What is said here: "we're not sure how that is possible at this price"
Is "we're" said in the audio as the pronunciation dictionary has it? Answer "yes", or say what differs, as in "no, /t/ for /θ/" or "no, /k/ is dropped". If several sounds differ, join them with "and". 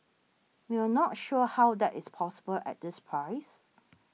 no, /w/ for /ɹ/